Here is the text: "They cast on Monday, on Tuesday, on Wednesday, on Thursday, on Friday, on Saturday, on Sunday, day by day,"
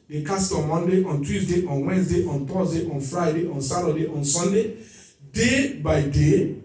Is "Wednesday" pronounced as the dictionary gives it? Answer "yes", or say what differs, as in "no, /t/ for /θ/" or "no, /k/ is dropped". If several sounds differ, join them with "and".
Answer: no, /s/ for /z/